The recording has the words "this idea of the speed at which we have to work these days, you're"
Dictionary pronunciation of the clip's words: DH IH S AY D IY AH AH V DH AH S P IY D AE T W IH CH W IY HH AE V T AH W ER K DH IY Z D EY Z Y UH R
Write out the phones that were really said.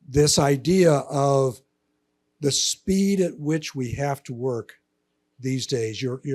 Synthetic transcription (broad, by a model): DH IH S AY D IY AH AH V DH AH S P IY D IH T W IH CH W IY HH AE F T AH W ER K DH IY Z D EY Z Y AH R